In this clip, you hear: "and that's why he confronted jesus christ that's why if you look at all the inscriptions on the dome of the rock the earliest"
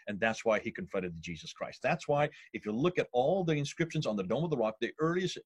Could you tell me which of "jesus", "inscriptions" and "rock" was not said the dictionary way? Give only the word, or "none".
none